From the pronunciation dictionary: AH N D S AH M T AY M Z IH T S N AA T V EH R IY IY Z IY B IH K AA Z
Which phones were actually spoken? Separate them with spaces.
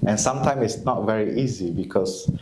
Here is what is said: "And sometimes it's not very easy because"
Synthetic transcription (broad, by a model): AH N S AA M T AY M IH T S N AA T V EH R IY IY Z IY B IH K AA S